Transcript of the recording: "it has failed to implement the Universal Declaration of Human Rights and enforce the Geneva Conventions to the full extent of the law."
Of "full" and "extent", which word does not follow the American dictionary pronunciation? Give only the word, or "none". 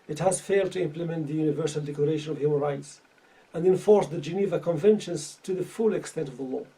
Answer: none